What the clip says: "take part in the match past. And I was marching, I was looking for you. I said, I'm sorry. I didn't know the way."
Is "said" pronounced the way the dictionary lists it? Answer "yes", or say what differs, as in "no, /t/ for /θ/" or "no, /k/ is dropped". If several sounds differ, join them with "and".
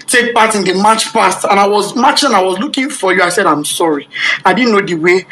yes